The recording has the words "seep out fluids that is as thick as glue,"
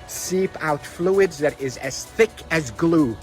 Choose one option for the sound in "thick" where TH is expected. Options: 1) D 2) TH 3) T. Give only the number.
2